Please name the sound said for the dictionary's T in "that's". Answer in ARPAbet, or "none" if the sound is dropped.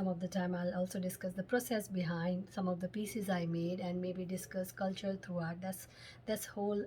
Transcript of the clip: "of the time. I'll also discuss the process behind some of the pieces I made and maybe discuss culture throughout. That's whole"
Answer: S